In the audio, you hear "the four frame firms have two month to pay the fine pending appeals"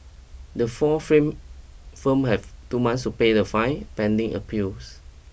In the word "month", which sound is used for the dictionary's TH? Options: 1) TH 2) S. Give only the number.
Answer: 2